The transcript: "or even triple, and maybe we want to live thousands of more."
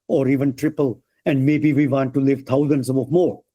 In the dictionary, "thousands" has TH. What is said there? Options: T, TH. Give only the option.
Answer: T